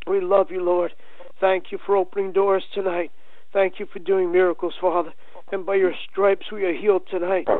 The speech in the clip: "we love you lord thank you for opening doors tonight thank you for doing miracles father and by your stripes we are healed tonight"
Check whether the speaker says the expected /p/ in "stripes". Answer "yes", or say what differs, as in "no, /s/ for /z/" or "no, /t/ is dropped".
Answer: yes